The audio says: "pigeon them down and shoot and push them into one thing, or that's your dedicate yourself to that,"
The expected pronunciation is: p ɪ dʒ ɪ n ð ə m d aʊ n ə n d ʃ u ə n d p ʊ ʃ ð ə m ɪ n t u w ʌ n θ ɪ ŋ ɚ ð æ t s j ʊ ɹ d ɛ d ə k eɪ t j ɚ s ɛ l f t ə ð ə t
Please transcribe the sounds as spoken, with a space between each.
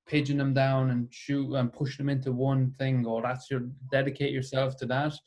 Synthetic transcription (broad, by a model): p ɪ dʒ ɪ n ð ə m d aʊ n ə n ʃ u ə n p ʊ ʃ ð ə m ɪ n t u w ʌ n θ ɪ ŋ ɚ ð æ t s j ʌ ɹ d ɛ d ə k eɪ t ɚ s ɛ l f t ə ð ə t